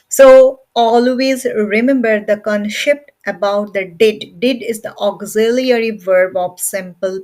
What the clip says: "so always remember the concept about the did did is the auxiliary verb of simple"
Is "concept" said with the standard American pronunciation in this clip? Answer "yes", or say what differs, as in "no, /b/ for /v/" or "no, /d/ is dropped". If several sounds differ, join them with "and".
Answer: no, /ʃ/ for /s/